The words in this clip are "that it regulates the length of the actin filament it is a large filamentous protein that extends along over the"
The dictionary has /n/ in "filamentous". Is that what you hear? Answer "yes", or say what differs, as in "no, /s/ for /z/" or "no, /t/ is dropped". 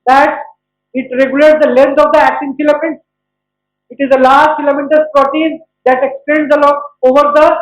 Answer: no, /n/ is dropped